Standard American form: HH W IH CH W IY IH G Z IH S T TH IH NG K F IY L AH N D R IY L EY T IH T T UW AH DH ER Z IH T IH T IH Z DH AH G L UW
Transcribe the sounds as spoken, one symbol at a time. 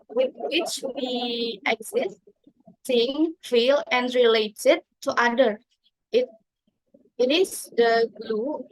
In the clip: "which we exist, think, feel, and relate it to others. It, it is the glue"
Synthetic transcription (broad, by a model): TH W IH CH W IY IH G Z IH S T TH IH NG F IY L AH N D R IY L EY T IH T T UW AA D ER IH T IH T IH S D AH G L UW